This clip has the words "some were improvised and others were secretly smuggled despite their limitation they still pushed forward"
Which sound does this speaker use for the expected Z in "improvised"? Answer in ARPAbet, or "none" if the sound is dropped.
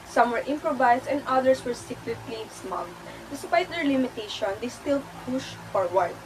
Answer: S